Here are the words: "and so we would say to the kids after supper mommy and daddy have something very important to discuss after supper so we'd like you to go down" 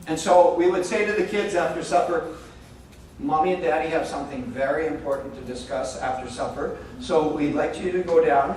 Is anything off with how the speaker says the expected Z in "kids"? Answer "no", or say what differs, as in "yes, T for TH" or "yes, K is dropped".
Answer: no